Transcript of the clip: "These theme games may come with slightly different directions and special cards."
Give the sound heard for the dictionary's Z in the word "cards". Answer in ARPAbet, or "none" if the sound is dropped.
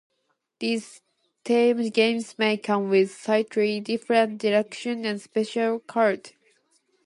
none